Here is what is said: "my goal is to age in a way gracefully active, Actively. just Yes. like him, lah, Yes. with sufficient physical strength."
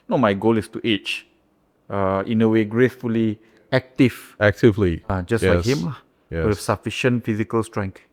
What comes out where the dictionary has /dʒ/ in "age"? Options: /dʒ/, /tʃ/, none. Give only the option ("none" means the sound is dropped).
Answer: /tʃ/